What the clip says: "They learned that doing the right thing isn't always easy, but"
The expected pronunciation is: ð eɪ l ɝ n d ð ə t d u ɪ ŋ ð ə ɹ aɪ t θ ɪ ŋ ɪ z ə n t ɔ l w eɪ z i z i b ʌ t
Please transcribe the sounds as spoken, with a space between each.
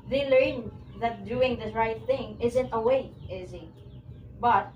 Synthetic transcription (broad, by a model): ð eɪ l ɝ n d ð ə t d u ɪ ŋ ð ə ɹ aɪ t θ ɪ ŋ ɪ z ə n t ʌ w eɪ ɪ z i b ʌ t